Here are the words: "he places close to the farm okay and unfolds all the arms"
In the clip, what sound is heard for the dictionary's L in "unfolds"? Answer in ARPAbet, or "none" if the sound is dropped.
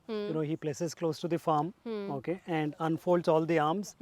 L